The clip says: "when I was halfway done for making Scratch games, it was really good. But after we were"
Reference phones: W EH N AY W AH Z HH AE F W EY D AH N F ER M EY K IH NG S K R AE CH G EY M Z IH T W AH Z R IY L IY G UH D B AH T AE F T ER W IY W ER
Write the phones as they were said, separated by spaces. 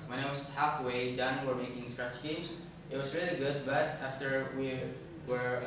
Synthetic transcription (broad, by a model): W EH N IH W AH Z HH AE F W EY D AH N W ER M EY K IH NG S K R AE CH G EY M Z IH T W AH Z R IY L IY G UH D B AH T AE F T ER W IY W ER